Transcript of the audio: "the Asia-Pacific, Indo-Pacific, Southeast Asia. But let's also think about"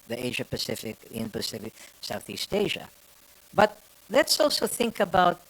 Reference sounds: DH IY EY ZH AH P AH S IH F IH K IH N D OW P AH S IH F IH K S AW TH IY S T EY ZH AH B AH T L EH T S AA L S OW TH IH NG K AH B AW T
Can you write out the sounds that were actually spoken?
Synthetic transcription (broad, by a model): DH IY EY ZH AH P AH S IH F IH K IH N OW P AH S IH F IH K S AW TH IY S T EY ZH AH B AH T L EH T S AA L S OW TH IH NG K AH B AW T